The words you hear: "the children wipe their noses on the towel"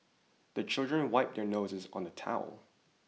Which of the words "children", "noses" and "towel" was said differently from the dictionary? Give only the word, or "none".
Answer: none